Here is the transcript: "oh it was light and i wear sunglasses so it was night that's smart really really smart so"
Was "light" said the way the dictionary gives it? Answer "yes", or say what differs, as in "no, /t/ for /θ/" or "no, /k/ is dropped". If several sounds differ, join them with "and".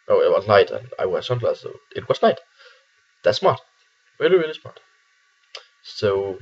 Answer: no, /n/ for /l/